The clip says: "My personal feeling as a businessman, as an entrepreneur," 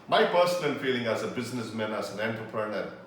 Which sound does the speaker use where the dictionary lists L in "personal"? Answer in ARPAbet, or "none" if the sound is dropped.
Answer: N